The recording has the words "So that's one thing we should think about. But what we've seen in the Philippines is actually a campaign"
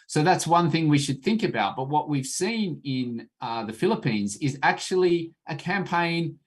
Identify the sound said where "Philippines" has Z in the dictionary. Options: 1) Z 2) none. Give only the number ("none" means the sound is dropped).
1